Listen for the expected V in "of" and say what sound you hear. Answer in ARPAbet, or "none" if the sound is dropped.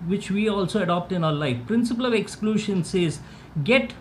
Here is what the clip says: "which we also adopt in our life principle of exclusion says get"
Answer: V